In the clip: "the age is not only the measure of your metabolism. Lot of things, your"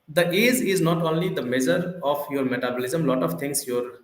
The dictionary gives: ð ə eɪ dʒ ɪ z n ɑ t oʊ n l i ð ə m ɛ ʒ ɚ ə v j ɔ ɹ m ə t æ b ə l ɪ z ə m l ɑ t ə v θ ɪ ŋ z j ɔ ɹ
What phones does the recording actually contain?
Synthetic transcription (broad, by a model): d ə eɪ z ɪ z n ɑ t oʊ n l i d ə m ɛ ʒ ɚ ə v j ɔ ɹ m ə t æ b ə l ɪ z ə m l ɑ t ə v t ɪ ŋ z j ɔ ɹ